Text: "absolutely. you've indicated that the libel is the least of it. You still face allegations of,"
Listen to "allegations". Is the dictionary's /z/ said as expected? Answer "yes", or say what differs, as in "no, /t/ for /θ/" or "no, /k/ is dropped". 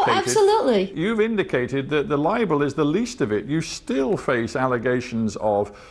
yes